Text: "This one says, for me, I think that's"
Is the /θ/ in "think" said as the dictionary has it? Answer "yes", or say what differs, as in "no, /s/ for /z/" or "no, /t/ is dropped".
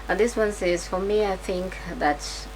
yes